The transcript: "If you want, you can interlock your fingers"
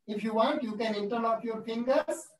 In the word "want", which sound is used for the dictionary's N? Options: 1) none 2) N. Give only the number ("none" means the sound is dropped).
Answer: 2